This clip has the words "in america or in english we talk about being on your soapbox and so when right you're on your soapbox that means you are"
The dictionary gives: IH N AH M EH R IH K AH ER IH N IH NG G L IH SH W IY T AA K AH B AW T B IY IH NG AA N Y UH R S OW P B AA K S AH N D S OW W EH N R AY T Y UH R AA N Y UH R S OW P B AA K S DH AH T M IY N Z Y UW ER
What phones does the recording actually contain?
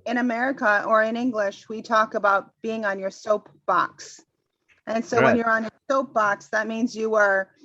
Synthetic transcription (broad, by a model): IH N AH M EH R IH K AH ER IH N IH NG G L IH SH W IY T AA K AH B AW T B IY IH NG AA N Y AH R S OW P B AA K S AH N S OW W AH N Y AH R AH N Y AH R S OW P B AA K S DH AH T M IY N Z Y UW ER